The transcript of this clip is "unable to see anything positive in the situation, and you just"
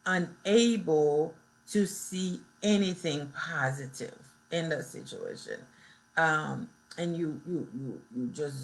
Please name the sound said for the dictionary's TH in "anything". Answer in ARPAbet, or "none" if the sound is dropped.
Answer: TH